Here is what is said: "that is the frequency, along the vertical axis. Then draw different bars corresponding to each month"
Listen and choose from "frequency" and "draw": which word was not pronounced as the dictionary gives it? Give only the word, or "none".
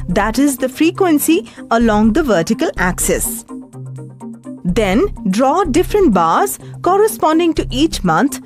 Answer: none